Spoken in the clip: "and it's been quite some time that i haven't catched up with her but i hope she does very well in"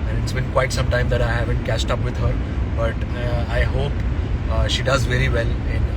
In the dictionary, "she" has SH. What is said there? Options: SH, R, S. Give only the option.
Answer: SH